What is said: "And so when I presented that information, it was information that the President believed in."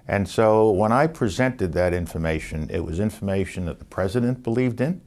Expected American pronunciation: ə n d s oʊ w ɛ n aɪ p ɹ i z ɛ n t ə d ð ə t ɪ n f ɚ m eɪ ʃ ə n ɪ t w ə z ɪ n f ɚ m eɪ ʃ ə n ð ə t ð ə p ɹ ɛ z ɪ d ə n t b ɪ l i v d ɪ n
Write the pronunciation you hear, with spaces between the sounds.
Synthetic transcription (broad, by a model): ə n s oʊ w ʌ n aɪ p ɹ i z ɛ n t ə d ð ə t ɪ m f ɚ m eɪ ʃ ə n ɪ t w ə z ɪ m f ɚ m eɪ ʃ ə n ð ə t ð ə p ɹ ɛ z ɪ d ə n b ɪ l i v d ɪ n